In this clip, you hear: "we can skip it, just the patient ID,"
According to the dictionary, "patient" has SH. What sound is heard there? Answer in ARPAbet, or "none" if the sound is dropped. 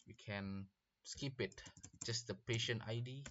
SH